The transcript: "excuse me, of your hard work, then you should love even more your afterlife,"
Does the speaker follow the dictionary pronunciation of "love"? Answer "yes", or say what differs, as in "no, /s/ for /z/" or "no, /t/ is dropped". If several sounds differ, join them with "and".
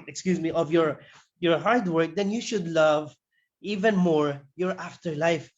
yes